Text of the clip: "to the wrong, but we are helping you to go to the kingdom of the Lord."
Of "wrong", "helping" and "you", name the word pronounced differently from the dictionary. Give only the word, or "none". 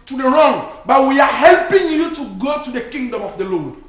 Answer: none